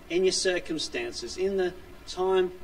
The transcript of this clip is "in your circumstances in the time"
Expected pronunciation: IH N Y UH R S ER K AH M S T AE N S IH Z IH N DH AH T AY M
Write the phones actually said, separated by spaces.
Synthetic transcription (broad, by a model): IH N Y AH R S ER K AH M S T AE N S IH Z IH N DH AH T AY M